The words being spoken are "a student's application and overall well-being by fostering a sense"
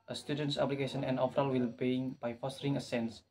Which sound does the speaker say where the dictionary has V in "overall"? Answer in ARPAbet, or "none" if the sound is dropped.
F